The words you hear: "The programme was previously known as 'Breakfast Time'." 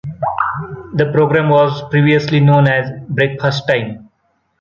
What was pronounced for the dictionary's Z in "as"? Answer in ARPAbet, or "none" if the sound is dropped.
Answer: Z